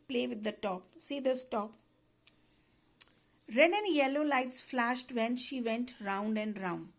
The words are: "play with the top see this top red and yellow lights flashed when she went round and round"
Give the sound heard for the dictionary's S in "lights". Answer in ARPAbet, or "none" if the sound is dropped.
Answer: S